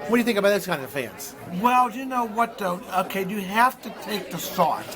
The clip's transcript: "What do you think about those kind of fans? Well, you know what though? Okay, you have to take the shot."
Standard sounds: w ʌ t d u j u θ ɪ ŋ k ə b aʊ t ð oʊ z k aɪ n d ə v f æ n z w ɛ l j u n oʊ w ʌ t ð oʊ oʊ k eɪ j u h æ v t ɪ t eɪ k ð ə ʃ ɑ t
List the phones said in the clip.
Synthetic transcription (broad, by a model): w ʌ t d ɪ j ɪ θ ɪ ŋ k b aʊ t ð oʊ s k aɪ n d ə v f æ n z w ɛ l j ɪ n oʊ w ʌ t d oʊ oʊ k eɪ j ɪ h æ f t ɪ t eɪ k ð ə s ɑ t